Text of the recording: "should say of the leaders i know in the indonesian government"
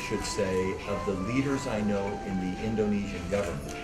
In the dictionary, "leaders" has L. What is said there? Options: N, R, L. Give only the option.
L